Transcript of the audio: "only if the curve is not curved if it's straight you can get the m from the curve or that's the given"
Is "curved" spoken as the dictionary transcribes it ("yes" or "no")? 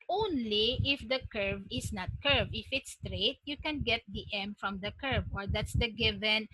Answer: no